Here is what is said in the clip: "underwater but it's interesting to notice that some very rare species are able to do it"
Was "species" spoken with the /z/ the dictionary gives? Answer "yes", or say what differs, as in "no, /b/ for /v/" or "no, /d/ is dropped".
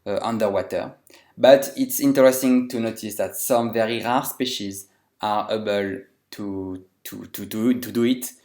yes